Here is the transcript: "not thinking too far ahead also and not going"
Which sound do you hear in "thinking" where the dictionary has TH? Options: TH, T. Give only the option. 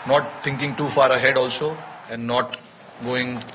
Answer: T